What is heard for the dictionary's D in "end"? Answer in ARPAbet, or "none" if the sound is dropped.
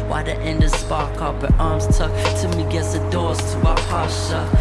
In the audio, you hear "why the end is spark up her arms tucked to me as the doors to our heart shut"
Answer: D